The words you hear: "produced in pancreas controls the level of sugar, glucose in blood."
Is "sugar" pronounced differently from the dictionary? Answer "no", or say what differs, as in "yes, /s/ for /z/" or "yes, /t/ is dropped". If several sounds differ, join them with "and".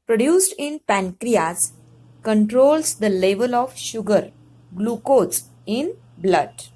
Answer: no